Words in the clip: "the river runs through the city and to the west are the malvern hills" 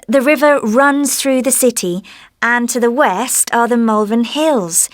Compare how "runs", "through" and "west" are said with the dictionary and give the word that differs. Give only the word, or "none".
none